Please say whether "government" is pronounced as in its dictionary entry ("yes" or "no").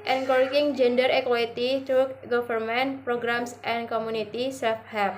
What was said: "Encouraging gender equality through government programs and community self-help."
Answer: no